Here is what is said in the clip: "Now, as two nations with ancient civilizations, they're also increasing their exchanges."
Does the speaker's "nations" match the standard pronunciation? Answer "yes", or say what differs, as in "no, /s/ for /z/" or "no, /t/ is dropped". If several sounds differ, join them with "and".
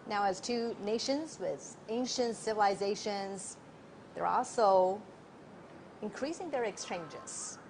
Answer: yes